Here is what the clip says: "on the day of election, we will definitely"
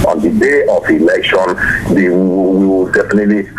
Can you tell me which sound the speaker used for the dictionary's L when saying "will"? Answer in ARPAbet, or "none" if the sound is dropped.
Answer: W